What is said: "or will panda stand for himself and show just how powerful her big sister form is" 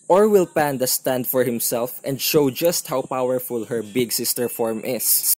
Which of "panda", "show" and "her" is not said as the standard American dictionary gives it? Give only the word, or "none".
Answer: none